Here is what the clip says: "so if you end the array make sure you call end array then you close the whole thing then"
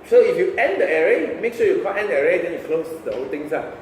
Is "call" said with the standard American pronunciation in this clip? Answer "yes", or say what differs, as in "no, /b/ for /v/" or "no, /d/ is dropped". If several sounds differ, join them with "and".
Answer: no, /n/ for /l/